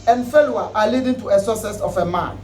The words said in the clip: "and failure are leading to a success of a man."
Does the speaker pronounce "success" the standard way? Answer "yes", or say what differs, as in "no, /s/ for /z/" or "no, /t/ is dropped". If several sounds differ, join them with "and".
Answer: no, /k/ is dropped